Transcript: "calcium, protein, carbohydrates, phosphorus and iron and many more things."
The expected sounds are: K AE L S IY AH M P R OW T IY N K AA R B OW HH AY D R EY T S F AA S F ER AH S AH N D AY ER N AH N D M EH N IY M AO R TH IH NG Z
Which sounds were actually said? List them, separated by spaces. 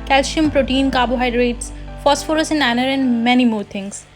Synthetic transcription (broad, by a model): K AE L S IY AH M P R OW T IY N K AA B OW HH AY D R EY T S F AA S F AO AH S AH N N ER AH N D M EH N IY M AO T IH NG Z